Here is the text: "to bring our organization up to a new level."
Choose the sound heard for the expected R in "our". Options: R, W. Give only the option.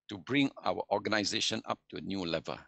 W